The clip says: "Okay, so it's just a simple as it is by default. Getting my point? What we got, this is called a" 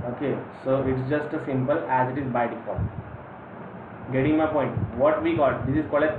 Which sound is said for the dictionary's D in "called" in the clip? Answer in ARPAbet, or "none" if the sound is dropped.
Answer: none